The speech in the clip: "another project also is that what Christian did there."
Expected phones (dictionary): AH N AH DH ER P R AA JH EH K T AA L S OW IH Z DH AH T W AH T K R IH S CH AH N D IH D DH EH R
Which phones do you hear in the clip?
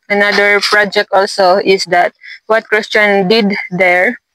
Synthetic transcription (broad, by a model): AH N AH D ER P R AA JH EH K T AA L S OW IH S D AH T W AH T K R IH S CH AH N D IH D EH R